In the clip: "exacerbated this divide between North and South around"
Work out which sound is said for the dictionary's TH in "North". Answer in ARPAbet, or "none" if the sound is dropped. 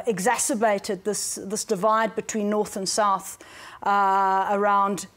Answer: TH